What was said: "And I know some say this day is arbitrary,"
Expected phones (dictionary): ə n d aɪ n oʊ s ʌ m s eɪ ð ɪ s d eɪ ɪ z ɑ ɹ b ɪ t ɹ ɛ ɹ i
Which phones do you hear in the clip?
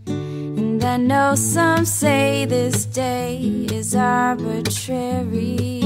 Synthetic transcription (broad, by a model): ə n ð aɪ n oʊ s ʌ m s eɪ ð ɪ s d eɪ ɪ z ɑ ɹ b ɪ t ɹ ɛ ɹ i